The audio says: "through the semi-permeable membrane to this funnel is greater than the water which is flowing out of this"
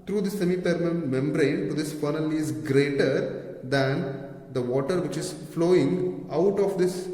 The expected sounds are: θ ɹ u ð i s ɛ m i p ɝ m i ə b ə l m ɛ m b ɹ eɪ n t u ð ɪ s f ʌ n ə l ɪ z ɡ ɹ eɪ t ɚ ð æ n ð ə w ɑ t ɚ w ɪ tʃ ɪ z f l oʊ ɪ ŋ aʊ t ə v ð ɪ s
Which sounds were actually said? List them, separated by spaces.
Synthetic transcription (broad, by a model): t ɹ u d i s ɛ m i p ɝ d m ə n m ɛ m b ɹ eɪ n t u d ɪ s f ʌ n ə l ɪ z ɡ ɹ eɪ t ɚ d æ n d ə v ɑ t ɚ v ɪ tʃ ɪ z f l oʊ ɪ ŋ aʊ t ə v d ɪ s